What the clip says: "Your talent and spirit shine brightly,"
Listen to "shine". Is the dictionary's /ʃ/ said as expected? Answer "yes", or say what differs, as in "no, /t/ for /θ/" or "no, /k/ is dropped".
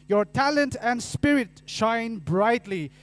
yes